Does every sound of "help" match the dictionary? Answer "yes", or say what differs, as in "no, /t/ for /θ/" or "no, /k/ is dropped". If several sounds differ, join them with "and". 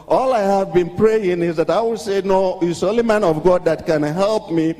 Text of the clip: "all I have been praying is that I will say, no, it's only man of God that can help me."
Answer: yes